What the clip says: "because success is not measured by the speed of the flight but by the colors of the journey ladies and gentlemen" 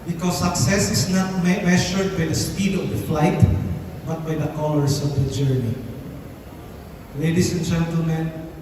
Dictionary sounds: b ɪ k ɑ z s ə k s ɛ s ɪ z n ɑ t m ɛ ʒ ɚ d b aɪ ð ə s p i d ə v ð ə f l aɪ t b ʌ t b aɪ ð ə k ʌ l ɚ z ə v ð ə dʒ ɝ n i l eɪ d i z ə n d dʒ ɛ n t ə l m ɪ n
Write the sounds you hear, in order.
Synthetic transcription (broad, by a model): b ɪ k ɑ s ə k s ɛ s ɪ s n ɑ t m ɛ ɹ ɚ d b aɪ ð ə s p i d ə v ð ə f l aɪ t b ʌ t b aɪ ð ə k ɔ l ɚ s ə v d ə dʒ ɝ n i l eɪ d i s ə n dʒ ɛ n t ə l m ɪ n